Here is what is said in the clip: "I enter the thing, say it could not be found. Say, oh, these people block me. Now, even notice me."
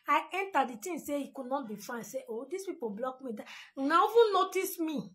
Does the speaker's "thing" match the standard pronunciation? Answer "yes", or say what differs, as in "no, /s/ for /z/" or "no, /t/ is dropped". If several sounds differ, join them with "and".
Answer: no, /t/ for /θ/